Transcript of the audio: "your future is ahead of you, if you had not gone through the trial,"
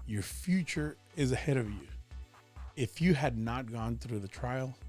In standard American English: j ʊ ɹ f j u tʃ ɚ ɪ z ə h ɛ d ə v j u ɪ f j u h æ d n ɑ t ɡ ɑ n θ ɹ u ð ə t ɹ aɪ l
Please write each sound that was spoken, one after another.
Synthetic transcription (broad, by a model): j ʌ ɹ f j u tʃ ɚ ɪ z ə h ɛ d ə v j u ɪ f j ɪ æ d n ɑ t ɡ ɑ n θ ɹ u ð ə t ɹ aɪ l